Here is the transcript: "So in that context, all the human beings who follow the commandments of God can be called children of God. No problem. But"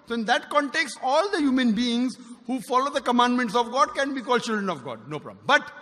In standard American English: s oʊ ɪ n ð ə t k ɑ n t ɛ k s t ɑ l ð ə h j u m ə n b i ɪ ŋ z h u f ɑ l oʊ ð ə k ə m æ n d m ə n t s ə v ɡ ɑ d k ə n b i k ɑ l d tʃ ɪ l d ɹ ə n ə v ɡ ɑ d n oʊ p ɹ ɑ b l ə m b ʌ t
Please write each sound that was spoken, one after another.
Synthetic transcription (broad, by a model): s oʊ ɪ n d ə t k ɑ n t ɛ k s t ɑ l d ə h j u m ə n b i ɪ ŋ z h u f ɑ l oʊ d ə k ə m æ n d m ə n t s ə v ɡ ɑ d k ə n b i k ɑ l tʃ ɪ l d ɹ ə n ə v ɡ ɑ d n oʊ p ɹ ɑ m b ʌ t